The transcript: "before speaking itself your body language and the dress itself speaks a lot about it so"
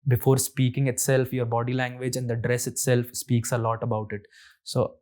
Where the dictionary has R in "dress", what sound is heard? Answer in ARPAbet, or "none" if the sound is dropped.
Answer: R